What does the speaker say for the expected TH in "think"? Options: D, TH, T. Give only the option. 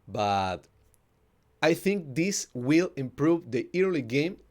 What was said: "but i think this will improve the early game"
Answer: TH